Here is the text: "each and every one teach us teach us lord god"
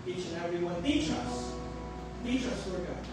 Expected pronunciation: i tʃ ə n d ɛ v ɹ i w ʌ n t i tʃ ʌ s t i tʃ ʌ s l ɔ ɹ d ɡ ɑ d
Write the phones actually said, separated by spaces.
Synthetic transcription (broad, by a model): i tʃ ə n ɛ v ɹ i w ʌ n t i tʃ ʌ s t i tʃ ʌ s w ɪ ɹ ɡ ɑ